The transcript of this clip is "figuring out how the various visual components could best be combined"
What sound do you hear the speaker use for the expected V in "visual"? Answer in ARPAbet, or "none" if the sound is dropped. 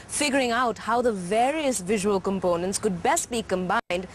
V